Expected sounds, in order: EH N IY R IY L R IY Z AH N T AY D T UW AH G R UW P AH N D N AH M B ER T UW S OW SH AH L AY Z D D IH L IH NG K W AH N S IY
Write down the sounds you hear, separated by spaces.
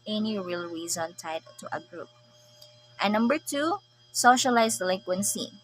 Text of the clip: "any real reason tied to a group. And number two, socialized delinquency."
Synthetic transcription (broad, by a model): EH N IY R IY L R IY Z AH N T AY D T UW AH G R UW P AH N N AH M B ER T UW S OW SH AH L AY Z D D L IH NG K W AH N S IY